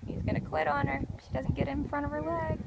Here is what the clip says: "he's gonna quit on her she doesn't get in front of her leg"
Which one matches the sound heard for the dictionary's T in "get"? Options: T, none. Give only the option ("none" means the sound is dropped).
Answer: T